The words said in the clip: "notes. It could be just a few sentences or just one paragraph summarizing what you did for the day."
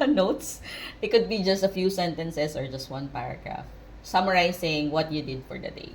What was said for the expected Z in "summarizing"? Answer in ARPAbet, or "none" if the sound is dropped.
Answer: S